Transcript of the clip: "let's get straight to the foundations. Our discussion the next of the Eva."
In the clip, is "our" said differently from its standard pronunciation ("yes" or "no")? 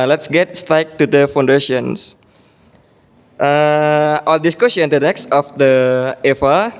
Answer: yes